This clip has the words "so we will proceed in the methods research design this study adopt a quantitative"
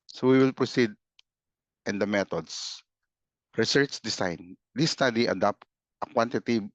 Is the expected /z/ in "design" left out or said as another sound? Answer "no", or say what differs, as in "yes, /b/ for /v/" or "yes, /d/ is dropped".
yes, /s/ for /z/